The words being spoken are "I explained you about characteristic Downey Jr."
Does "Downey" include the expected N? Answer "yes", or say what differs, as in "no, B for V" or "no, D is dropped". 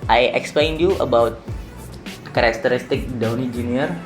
yes